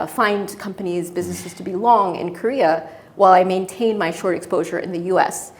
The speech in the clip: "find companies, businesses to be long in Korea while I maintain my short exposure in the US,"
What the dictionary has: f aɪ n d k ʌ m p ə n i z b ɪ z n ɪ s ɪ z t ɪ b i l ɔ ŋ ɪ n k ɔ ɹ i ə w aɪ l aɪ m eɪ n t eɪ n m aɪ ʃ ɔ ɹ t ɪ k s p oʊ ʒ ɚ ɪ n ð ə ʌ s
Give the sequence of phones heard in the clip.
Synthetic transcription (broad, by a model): f aɪ n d k ʌ m p ə n i z b ɪ z n ɪ s ɪ z t ɪ b i l ɔ ŋ ɪ n k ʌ ɹ i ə w aɪ l aɪ m eɪ n t eɪ n m aɪ ʃ ɔ ɹ t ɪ k s p oʊ ʒ ɚ ɪ n ð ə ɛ s